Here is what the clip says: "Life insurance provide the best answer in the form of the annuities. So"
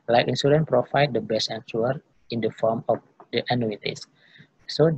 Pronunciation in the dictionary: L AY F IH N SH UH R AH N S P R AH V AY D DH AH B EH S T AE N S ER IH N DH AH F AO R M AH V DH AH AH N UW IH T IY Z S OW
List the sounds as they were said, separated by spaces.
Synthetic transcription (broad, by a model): L AY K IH N S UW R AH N P R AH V AY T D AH B EH S T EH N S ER IH N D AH F AO R M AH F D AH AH N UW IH T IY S S OW